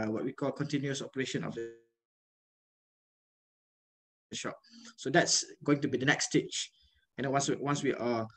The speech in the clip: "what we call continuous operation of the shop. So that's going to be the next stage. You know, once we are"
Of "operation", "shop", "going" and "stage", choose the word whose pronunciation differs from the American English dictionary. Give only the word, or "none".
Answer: stage